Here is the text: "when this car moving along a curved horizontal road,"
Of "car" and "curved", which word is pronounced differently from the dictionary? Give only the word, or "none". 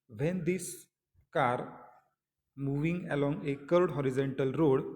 curved